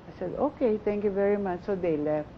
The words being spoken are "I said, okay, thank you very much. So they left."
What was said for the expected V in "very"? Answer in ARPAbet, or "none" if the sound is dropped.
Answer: V